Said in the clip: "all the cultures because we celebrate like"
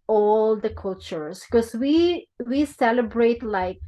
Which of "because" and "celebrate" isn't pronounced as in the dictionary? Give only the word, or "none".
because